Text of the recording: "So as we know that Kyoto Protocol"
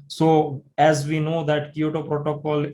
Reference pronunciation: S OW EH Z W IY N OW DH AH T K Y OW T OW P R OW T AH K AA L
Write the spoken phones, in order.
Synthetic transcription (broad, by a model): S OW EH Z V IY N OW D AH T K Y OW T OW P R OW T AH K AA L